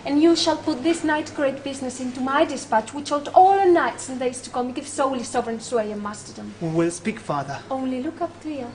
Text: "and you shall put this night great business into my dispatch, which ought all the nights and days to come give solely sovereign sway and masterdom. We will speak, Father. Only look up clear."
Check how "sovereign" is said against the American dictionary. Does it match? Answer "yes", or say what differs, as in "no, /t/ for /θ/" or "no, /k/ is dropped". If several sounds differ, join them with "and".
yes